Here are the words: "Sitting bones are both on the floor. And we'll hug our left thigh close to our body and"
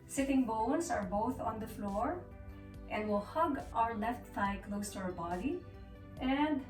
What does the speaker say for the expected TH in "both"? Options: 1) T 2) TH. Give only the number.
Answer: 2